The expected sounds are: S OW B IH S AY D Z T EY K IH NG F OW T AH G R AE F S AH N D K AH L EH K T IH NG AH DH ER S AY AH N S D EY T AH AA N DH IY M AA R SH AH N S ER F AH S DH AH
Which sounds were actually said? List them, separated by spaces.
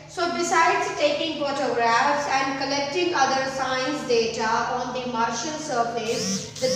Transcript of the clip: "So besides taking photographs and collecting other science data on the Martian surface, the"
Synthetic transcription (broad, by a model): S OW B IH S AY D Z T EY K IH NG F OW T AH G R AE F S AH N D K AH L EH K T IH NG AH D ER S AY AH N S D EY T AH AA N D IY M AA R SH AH L S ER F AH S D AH